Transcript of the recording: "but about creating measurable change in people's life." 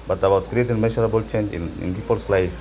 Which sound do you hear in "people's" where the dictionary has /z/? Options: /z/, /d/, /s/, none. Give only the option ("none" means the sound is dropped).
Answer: /s/